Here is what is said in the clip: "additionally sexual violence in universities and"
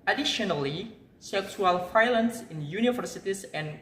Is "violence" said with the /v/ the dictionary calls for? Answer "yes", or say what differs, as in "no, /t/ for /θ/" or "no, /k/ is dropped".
no, /f/ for /v/